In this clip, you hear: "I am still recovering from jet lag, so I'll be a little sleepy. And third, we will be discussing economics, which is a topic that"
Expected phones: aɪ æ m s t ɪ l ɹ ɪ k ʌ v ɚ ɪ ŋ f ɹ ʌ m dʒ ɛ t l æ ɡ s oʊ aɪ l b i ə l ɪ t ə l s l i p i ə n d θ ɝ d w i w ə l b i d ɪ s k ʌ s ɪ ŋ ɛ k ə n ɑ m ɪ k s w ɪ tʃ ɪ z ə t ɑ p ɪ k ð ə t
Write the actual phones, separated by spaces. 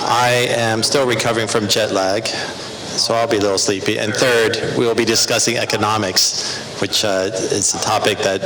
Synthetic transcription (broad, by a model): aɪ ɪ m s t ɪ l ɹ ɪ k ʌ v ɚ ɪ ŋ f ɹ ʌ m dʒ ɛ t l æ ɡ s oʊ aɪ l b i ə l ɪ t l s l i p i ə n θ ɝ d w i w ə l b i d ɪ s k ʌ s ɪ ŋ ɛ k ə n ɑ m ɪ k s w ɪ tʃ ɪ z ə t ɑ p ɪ k ð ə t